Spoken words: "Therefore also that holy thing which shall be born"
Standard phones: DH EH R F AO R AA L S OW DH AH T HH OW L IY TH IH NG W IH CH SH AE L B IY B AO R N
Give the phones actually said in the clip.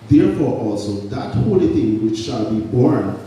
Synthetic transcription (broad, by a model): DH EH R F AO R AA L S OW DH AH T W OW N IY TH IH NG W IH CH SH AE L B IY B AO R N